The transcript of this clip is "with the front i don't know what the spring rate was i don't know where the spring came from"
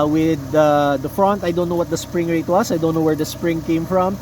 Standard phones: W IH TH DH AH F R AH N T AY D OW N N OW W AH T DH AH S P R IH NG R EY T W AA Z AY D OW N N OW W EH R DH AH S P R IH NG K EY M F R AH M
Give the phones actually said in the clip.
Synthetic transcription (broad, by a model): W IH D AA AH F R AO N T AY D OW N N OW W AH T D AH S P R IH NG R EY T W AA S AY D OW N N OW W EH R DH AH S P R IH NG K EY M F R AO M